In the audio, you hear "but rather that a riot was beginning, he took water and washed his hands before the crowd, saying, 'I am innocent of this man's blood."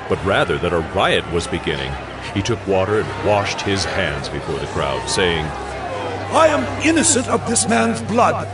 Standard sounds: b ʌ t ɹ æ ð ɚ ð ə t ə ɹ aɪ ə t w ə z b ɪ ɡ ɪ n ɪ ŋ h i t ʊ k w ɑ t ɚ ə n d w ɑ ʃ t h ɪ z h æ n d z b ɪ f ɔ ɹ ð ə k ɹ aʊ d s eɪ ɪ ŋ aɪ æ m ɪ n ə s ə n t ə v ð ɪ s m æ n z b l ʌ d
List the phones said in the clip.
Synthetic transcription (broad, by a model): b ʌ t ɹ æ ð ɚ ð ə t ə ɹ aɪ ə t w ə z b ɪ ɡ ɪ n ɪ ŋ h i t ʊ k w ɑ t ɚ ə n w ɑ ʃ t h ɪ z h æ n d z b ɪ f ɔ ɹ ð ə k ɹ aʊ d s eɪ ɪ ŋ aɪ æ m ɪ n ə s ə n t ə v ð ɪ s m æ n z b l ʌ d